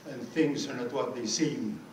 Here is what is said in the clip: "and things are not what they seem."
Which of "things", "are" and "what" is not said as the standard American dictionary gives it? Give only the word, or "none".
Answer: none